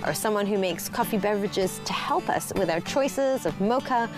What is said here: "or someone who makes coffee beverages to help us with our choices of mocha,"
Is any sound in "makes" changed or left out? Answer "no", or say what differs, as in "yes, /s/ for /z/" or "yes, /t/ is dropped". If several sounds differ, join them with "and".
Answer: no